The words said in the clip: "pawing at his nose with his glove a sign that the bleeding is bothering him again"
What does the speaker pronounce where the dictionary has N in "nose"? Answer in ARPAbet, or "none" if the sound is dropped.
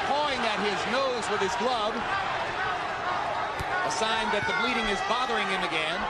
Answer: N